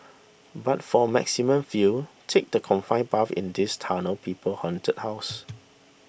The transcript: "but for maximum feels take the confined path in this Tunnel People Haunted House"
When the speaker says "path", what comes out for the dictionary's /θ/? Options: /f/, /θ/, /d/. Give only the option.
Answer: /f/